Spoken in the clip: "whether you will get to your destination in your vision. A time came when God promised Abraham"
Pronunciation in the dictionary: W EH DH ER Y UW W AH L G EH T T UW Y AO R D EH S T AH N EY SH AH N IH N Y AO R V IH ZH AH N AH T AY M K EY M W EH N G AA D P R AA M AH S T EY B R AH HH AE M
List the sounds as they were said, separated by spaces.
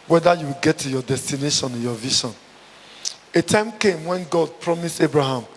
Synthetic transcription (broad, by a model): W EH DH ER Y UW W AH L G EH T T UW Y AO D EH S T AH N EY SH AH N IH N Y AO V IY SH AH N AH T AY M K EY M W EH N G AA D P R AA M AH S T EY B R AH HH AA M